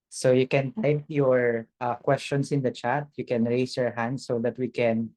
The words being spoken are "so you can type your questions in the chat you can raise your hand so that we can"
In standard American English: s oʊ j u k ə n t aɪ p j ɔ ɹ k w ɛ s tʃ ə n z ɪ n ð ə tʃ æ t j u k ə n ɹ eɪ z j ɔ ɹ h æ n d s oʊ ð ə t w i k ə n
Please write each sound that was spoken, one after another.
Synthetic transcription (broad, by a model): s oʊ j u k ə n t aɪ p j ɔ ɹ k w ɛ s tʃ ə n s ɪ n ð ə tʃ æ t j u k ə n ɹ eɪ s j ɔ ɹ h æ n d s oʊ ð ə t w i k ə n